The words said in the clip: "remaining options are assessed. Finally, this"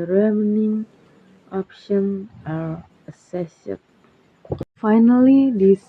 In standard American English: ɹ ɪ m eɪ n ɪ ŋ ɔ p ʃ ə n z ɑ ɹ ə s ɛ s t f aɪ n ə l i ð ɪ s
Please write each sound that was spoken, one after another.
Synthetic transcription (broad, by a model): ɹ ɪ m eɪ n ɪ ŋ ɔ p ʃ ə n ɑ ɹ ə s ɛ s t f aɪ n ə l i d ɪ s